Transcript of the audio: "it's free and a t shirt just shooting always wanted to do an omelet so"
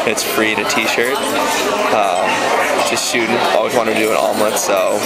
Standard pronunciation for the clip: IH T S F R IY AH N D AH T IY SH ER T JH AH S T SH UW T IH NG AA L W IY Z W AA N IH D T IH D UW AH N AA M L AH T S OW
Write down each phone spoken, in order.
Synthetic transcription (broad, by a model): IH T S F R IY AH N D AH T IY SH ER T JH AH S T S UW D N AA L W IY Z W AA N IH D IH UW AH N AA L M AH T S OW